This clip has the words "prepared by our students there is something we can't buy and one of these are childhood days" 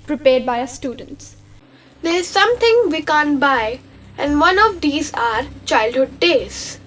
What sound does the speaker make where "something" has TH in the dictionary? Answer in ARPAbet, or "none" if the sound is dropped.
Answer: T